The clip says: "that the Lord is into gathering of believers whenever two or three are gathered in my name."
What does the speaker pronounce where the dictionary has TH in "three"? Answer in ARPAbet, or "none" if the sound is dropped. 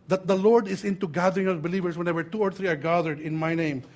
T